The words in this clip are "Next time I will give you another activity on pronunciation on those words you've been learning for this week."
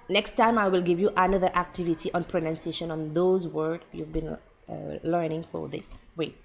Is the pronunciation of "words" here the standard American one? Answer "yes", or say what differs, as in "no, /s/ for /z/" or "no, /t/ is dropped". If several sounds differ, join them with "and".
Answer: no, /z/ is dropped